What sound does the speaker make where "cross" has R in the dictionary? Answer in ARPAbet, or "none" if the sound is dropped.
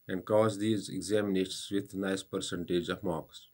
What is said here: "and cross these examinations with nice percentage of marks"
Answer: none